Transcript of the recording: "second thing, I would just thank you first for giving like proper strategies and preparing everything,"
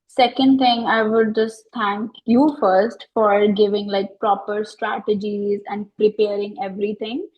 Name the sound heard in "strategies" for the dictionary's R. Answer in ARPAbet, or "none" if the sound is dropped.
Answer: R